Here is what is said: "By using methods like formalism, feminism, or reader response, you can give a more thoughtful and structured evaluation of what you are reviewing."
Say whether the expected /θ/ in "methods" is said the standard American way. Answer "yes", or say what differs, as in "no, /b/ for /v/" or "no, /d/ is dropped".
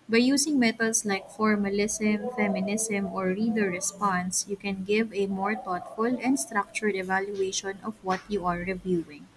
no, /t/ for /θ/